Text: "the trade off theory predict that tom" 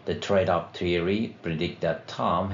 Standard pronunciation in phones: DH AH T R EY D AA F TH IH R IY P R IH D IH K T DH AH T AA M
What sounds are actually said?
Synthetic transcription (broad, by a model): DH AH T R EY D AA P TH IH R IY P R IH D IH K T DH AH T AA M